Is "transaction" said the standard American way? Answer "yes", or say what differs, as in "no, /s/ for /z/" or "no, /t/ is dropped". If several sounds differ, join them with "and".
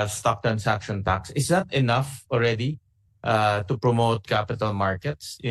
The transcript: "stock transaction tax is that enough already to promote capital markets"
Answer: no, /s/ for /z/